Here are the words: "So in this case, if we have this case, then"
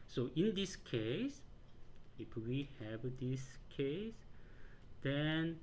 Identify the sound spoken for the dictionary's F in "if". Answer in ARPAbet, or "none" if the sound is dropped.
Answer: P